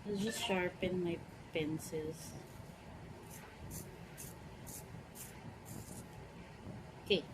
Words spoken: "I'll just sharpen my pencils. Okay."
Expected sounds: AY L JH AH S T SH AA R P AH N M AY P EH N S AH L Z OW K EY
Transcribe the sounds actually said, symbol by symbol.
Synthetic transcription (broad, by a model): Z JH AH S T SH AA R P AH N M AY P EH N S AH Z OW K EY